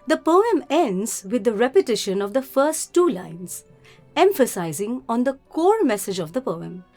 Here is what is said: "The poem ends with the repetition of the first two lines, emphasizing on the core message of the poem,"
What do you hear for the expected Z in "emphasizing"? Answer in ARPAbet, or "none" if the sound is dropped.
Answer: Z